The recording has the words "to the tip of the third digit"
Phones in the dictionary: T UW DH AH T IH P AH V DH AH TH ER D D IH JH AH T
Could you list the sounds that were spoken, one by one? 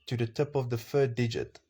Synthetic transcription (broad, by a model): T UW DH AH T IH P AH V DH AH F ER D D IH JH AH T